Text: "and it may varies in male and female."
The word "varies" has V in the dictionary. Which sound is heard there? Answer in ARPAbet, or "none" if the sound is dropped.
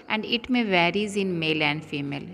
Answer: V